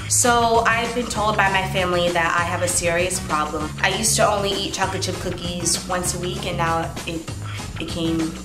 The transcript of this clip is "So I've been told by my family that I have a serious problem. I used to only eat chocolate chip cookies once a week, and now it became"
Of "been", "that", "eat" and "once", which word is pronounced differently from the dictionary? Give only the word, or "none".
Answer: none